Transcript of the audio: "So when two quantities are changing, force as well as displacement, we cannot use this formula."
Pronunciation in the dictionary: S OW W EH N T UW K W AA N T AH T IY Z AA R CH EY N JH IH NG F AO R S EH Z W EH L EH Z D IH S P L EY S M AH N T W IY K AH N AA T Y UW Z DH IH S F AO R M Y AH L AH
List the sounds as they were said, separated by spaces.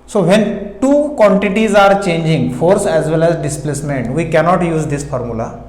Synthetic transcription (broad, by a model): S OW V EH N T UW K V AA N T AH T IY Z AA R CH EY N JH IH NG F AO R S EH Z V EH L EH Z D IH S P L EY S M AH N T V IY K AH N AA T Y UW Z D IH S F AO R M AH L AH